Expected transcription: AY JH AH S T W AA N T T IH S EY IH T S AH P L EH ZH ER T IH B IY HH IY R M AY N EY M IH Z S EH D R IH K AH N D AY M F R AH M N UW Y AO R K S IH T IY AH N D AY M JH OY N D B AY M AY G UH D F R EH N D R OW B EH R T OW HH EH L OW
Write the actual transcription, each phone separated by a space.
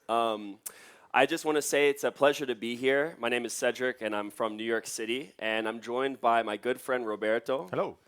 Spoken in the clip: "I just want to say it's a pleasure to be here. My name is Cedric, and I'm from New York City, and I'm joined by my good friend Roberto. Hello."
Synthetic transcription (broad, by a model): AY JH AH S T W AA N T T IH S EY IH T S AH P L EH ZH ER T IH B IY HH IY R M AY N EY M IH Z S EH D R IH K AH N AY M F R AH M N UW Y AO R K S IH T IY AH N AY M JH OY N B AY M AY G UH D F R EH N D R OW B EH R T OW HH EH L OW